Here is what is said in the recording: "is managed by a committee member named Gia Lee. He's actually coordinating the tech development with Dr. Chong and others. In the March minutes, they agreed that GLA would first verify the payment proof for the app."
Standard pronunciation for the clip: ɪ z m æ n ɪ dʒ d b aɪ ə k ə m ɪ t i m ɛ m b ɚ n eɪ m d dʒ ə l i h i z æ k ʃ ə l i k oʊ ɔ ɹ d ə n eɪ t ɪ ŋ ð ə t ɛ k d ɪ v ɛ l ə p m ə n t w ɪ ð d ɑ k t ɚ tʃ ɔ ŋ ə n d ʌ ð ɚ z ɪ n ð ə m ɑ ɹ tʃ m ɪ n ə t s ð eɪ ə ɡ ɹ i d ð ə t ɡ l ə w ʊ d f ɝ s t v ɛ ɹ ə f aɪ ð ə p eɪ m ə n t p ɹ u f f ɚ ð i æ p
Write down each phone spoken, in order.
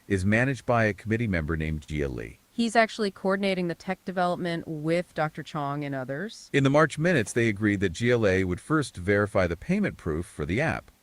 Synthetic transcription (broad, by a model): ɪ z m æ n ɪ dʒ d b aɪ ə k ə m ɪ t i m ɛ m b ɚ n eɪ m dʒ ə l i h i z æ k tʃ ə l i k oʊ ɔ ɹ d n eɪ t ɪ ŋ ð ə t ɛ k d ɪ v ɛ l ə p m ə n t w ɪ ð d ɑ k t ɚ tʃ ɔ ŋ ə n ʌ ð ɚ z ɪ n ð ə m ɑ ɹ tʃ m ɪ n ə t s ð eɪ ə ɡ ɹ i d ð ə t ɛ l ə w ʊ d f ɝ s t v ɛ ɹ ə f aɪ ð ə p eɪ m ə n p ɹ u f f ɚ ð i æ p